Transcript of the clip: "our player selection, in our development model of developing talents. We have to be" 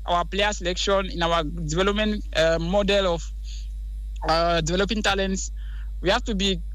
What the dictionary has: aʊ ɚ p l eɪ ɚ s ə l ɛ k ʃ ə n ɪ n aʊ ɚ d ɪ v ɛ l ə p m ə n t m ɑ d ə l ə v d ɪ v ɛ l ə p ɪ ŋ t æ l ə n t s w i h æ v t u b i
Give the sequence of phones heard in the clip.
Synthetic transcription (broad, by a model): aʊ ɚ p l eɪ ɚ s ə l ɛ k ʃ ə n ɪ n aʊ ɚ d ɪ v ɛ l ə p m ə n t m ɑ d ə l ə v d ɪ v ɛ l ə p ɪ ŋ t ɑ l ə n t s w i h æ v t u b i